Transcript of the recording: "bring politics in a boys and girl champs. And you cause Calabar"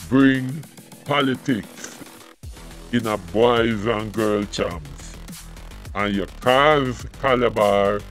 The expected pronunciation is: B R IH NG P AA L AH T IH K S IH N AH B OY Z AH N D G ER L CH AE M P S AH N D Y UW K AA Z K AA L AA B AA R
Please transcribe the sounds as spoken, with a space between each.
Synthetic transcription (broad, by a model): B R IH NG P AA L AH T IH K S IH N AH B OY Z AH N G ER L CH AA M S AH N Y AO K AA Z K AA L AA B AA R